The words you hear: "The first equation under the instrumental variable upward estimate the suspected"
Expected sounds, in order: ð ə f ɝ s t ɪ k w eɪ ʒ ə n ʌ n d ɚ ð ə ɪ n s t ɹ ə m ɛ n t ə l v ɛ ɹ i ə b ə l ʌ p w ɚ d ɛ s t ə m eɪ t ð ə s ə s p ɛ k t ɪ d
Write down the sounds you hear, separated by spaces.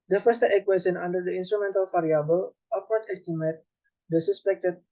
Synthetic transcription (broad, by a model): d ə f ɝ s t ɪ k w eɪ s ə n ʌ n d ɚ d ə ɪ n s t ɹ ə m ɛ n t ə l f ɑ ɹ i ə b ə l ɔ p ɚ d ɛ s t ə m eɪ t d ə s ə s p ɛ k t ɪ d